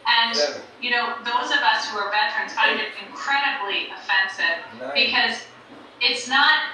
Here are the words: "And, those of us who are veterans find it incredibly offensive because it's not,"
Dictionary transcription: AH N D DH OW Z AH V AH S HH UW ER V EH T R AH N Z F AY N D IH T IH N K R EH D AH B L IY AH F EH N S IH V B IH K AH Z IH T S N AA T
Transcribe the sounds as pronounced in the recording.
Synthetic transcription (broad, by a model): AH N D DH OW Z AH V AH S HH UW ER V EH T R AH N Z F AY D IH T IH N K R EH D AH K L IY AH F EH N S IH V B IH K AH Z IH T S N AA T